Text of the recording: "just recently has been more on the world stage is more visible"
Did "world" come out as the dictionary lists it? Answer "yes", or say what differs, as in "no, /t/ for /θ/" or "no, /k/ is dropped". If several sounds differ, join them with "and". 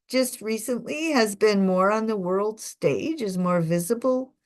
yes